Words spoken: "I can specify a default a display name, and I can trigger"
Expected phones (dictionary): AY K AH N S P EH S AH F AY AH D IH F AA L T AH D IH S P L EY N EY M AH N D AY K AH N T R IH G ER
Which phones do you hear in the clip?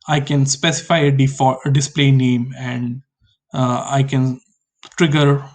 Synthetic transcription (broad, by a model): AY K AH N S P EH S AH F AY AH D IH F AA T AH D IH S P L EY N EY M AH N D AY K AH N T R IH G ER